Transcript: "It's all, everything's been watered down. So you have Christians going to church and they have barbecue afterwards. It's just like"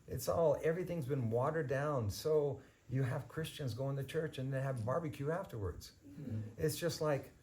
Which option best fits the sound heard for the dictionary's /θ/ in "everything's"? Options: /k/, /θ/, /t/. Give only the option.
/θ/